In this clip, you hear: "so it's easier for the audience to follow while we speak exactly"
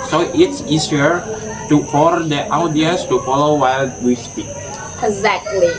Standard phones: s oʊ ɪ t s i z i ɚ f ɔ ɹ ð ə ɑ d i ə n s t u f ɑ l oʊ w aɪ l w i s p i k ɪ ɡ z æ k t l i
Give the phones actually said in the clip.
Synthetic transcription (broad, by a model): s oʊ ɪ t s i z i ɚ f ɔ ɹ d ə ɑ d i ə s t u f ɑ l oʊ w aɪ l w i s p i k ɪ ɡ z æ k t l i